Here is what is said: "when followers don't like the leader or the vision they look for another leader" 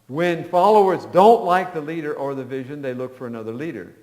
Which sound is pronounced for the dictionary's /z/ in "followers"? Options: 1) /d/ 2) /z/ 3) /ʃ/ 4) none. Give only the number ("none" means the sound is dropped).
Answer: 2